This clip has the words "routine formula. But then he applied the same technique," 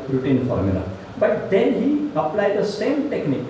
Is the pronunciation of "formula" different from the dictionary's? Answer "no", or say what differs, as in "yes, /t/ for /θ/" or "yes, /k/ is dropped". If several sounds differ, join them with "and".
no